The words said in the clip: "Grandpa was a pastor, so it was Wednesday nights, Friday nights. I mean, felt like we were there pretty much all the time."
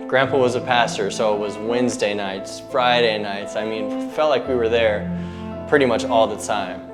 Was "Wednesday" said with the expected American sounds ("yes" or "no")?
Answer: yes